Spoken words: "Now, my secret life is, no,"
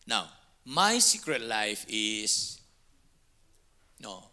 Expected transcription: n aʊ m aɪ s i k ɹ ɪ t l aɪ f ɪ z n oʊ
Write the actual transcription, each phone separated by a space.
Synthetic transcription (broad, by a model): n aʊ m aɪ s i k ɹ ɪ t l aɪ f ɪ s n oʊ